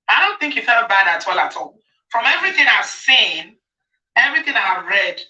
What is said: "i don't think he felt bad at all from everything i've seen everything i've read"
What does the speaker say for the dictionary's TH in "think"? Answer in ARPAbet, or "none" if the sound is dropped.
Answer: TH